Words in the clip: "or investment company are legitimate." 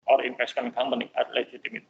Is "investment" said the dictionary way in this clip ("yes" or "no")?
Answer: no